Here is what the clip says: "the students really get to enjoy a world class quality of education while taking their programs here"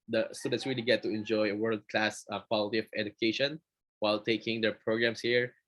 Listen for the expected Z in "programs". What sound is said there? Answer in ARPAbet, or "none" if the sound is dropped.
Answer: S